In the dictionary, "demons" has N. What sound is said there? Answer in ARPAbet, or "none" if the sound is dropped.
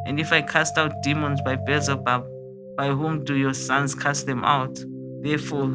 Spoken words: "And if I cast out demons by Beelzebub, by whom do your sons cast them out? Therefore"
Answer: N